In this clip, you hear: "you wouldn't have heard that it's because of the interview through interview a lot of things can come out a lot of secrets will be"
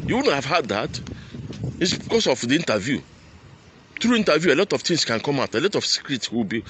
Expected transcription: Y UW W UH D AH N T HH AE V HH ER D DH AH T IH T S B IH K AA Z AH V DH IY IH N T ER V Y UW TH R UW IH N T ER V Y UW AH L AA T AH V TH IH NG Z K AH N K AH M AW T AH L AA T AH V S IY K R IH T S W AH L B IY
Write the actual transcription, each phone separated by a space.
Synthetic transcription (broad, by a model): Y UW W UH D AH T HH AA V HH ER D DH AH T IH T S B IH K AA S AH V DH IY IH N T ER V Y UW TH R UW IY N T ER V Y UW AH L AA T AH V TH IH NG S K AH N K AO M AW T AH L AA T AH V S IY K R IH T S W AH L B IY